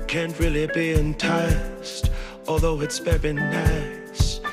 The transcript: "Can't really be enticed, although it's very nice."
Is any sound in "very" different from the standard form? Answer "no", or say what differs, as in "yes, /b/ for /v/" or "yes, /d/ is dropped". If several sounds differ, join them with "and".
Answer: yes, /b/ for /v/